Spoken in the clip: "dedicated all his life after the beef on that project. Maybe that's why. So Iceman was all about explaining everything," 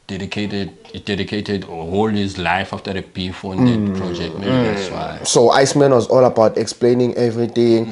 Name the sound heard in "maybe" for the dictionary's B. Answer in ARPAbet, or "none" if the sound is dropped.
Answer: none